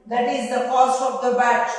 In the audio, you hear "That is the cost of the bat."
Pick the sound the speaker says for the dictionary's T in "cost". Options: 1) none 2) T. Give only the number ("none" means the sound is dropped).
1